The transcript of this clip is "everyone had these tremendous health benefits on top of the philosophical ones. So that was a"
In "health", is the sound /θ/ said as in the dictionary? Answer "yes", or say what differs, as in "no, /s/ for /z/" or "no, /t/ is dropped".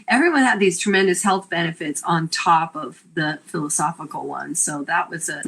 yes